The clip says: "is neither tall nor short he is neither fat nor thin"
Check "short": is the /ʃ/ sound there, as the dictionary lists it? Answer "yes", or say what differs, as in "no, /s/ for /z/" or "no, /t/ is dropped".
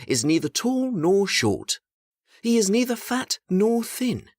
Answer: yes